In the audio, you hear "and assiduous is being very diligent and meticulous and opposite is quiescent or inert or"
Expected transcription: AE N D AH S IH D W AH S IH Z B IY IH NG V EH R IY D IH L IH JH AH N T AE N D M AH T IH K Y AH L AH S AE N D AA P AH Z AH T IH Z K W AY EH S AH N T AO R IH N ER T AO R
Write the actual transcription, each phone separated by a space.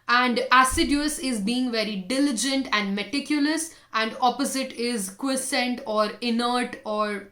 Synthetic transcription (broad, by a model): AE N D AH S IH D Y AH S IH Z B IY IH NG V EH R IY D IH L IH JH AH N T AE N D M AH T IH K Y AH L AH S AE N D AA P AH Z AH T IH Z K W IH S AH N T AO R IH N ER T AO R